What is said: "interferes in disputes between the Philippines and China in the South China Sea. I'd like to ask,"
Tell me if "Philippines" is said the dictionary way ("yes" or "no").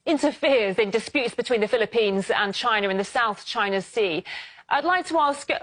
yes